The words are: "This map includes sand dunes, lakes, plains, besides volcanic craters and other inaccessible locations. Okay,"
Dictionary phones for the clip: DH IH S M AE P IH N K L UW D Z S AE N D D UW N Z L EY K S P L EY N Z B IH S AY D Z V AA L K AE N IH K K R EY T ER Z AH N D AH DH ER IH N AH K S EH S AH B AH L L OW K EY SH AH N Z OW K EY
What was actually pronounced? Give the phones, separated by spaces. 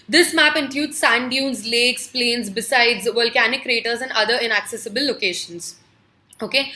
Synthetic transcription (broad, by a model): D IH S M AE P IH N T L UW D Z S AE N D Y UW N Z L EY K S P L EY N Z B IH S AY D Z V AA L K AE N IH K K R EY T ER Z AH N D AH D ER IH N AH K S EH S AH B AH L L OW K EY SH AH N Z OW K EY